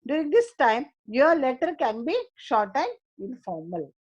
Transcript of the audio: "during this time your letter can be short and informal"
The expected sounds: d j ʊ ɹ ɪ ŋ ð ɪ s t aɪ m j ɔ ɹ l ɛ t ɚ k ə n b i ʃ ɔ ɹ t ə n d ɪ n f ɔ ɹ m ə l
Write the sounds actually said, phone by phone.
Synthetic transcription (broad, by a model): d j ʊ ɹ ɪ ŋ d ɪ s t aɪ m j ɔ ɹ l ɛ t ɚ k ə n b i ʃ ɔ ɹ t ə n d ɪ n f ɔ ɹ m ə l